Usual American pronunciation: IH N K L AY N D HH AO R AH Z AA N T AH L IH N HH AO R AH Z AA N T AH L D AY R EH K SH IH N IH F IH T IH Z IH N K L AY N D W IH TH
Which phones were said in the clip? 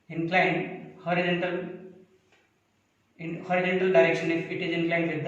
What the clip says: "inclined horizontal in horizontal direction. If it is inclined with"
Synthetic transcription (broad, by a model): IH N K L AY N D HH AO R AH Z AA N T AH L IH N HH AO R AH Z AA N T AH L D AY R EH K SH IH N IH P IH T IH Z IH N K L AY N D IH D